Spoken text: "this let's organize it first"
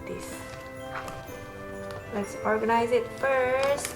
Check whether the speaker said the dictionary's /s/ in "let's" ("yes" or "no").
yes